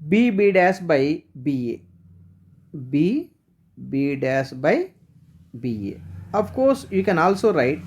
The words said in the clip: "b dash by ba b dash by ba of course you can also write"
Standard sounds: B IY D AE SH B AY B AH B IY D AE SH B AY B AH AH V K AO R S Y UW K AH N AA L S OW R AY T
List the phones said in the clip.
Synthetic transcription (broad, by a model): B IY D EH S B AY B AH B IY D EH S B AY B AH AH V K AO R S Y UW K AH N AA L S OW R AY T